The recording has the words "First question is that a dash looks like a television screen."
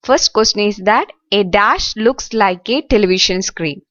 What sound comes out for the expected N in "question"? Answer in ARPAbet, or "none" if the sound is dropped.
none